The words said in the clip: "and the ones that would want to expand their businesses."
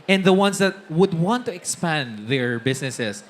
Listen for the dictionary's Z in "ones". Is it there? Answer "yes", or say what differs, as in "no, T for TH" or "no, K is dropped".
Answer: no, S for Z